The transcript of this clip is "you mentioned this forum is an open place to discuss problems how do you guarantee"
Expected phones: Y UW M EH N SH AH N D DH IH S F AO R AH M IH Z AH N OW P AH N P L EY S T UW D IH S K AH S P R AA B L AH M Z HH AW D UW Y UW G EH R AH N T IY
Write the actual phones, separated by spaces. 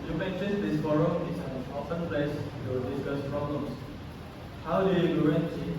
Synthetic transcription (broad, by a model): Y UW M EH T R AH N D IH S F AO R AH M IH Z AH N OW F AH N P L EY S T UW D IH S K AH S P R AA B L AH M S HH AW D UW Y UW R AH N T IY